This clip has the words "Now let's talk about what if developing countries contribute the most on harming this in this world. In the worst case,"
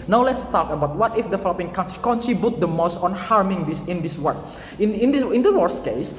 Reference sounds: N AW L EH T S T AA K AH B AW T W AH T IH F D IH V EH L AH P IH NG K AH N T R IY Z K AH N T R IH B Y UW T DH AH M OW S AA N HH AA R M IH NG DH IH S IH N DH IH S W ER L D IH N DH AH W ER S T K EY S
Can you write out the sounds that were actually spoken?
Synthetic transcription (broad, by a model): N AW L EH T S T AA K AH B AW T W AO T IH F D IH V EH L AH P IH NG K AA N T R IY K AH N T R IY B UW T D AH M OW S AA N HH AA R M IH NG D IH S IH N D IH S W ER N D IH N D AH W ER S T K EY S